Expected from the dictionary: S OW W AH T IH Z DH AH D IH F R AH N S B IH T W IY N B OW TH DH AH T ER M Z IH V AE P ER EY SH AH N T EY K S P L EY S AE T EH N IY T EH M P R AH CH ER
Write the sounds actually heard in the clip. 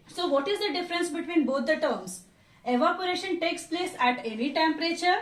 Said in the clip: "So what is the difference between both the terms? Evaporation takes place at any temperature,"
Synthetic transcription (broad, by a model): S OW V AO T IH Z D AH D IH F R AH N S B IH T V IY N B OW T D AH T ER M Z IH V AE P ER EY SH AH N T EY K S P L EY S AE T EH N IY T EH M P R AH CH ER